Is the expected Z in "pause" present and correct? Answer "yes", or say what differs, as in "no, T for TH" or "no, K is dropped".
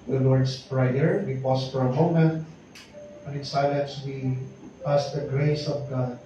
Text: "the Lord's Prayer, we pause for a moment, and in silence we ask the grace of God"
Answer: no, S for Z